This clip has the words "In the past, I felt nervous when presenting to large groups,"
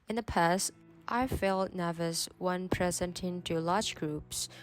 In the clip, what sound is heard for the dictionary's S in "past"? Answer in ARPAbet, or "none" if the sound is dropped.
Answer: S